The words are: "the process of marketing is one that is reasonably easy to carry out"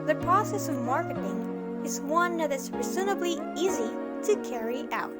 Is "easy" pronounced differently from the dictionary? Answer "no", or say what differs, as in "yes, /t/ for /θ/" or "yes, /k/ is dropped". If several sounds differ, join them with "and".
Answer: no